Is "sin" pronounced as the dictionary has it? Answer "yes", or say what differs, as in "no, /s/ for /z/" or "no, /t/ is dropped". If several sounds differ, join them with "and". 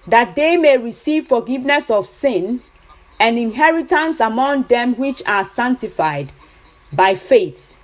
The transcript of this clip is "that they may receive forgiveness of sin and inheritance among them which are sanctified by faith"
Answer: yes